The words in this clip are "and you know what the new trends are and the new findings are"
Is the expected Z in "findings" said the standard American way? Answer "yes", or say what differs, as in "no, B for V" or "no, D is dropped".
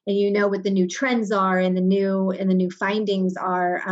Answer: yes